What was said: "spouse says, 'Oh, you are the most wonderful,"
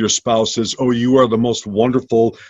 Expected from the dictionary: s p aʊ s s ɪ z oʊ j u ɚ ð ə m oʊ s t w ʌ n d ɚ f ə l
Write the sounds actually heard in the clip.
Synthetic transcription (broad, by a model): s p aʊ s s ɪ z oʊ j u ɚ ð ə m oʊ s t w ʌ n d ɚ f l